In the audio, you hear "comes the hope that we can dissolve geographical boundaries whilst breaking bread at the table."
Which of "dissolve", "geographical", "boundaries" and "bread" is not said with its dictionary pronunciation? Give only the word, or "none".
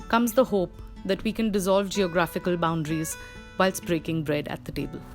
none